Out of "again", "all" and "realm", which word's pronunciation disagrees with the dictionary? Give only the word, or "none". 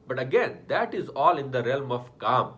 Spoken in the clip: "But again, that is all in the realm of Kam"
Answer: none